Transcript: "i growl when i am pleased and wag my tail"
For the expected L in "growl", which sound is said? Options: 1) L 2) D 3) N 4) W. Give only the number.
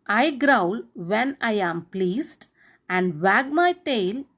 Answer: 1